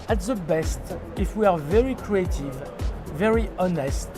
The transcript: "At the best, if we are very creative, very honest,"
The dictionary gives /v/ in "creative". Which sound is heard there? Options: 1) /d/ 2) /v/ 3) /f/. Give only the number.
2